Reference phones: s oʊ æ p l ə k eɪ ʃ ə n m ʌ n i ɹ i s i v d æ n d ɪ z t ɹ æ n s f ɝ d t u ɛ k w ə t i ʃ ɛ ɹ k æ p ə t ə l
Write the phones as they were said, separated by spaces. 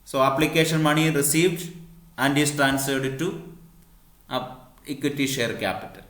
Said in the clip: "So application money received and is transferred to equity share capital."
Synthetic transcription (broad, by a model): s oʊ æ p l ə k eɪ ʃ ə n m ʌ n i ɹ i s i v d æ n d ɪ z t ɹ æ n s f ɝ d t u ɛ k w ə t i ʃ ɛ ɹ k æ p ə t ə l